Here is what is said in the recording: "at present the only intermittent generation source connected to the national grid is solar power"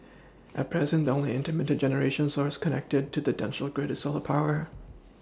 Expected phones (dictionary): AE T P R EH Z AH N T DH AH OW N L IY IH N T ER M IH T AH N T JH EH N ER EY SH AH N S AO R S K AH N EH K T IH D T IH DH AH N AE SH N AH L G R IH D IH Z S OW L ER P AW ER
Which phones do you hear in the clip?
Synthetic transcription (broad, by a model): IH T P R EH Z AH N T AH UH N L IY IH N T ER M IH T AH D JH EH N ER EY SH AH N S AO R S K AH N EH K T IH D T IH DH AH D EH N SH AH L G R IH D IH S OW L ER P AW ER